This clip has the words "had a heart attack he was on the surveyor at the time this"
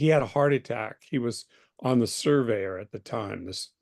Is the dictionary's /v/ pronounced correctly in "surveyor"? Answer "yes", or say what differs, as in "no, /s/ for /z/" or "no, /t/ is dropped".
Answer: yes